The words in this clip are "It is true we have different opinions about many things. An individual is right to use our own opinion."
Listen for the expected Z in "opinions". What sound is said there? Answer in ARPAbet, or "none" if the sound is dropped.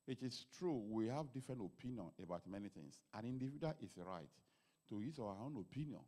none